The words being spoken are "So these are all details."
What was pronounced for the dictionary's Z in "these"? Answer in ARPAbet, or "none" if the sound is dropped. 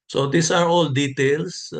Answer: S